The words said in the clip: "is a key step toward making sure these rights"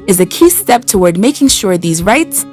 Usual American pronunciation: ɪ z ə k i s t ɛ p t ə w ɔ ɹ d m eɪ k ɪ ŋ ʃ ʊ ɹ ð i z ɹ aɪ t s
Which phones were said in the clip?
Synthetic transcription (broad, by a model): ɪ z ə k i s t ɛ p t ə w ɔ ɹ d m eɪ k ɪ ŋ ʃ ʊ ɹ ð i z ɹ aɪ t s